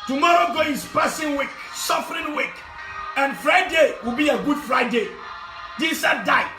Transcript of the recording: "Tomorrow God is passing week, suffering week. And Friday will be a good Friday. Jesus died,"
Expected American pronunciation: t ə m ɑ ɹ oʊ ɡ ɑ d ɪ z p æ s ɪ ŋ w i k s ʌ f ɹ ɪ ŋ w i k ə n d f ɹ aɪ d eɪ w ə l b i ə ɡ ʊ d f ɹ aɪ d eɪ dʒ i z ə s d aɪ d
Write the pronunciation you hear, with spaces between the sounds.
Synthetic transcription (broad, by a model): t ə m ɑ ɹ oʊ ɡ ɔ ɪ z p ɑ s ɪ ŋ w i k s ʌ f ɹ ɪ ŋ w i k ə n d f ɹ aɪ d eɪ w ə l b i ə ɡ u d f ɹ aɪ d eɪ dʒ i s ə d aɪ